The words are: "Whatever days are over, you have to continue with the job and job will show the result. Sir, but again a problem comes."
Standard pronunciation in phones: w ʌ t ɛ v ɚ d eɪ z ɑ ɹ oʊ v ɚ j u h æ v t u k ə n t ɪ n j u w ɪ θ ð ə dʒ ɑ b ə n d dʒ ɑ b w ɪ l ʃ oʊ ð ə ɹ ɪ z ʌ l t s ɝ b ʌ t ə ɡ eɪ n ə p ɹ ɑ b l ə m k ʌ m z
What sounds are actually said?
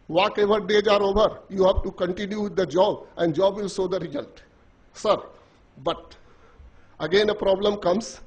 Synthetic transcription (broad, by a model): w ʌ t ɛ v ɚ d eɪ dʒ ɑ ɹ oʊ v ɚ j u h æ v t u k ə n t ɪ n j u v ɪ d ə dʒ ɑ b ə n d dʒ ɑ b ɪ l s oʊ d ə ɹ ɪ z ʌ l t s ɝ b ʌ t ə ɡ eɪ n ə p ɹ ɑ b l ə m k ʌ m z